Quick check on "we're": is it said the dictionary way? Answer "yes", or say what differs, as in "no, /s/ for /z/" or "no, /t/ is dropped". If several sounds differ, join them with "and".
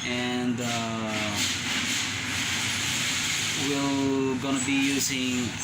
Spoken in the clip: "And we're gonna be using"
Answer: no, /l/ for /ɹ/